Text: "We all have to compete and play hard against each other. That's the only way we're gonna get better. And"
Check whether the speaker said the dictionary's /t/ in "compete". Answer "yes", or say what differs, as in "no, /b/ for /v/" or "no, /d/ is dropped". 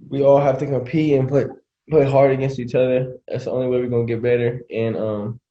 no, /t/ is dropped